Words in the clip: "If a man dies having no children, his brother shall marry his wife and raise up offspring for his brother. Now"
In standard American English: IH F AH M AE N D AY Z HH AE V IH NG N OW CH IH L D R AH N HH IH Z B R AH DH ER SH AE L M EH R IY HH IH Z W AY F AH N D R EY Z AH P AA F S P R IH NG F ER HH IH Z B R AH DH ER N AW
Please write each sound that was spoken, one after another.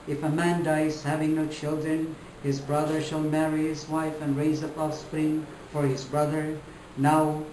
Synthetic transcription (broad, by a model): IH F AH M AE N D AY Z HH AE V IH NG N OW CH IH L D R AH N HH IH Z B R AH DH ER SH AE L M EH R IY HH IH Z W AY F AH N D R EY Z AH P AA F S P R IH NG F ER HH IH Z B R AH DH ER N AW